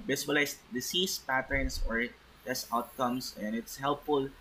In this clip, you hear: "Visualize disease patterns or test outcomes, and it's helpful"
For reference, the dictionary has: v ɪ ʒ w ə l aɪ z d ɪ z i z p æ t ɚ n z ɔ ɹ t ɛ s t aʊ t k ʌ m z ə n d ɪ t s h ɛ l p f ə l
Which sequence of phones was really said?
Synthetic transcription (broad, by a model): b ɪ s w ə l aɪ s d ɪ s i s p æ t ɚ n s ɔ ɹ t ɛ s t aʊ t k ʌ m s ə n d ɪ t s h ɛ l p f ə l